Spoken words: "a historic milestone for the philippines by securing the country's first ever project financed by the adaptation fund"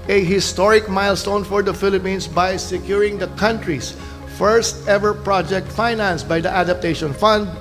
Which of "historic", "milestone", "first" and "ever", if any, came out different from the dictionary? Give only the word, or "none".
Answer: none